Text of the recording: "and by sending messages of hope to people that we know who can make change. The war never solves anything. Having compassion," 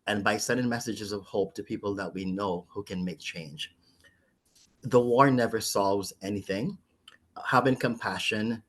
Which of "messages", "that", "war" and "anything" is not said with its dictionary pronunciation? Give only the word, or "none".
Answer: none